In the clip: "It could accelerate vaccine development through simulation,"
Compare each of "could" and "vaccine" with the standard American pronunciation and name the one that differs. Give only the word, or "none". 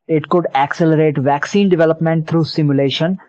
none